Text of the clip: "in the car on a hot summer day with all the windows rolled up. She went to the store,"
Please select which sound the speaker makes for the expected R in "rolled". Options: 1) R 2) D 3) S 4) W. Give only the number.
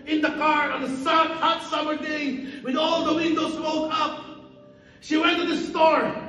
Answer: 4